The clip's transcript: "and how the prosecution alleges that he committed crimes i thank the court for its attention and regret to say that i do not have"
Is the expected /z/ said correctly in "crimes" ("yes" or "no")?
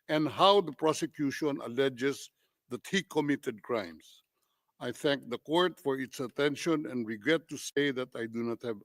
no